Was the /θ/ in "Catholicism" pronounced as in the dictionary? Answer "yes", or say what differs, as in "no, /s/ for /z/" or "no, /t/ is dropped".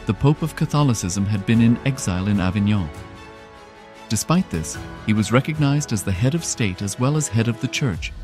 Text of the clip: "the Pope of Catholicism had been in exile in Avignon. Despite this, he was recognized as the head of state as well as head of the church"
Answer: yes